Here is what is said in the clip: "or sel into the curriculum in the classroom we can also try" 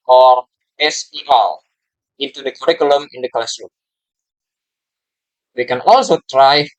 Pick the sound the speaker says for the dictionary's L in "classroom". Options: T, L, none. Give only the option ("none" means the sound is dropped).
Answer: none